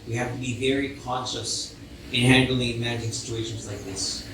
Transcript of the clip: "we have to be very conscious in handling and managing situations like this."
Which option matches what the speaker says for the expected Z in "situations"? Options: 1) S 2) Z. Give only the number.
2